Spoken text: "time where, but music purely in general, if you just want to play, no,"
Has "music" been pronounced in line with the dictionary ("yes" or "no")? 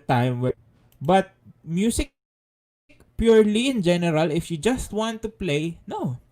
no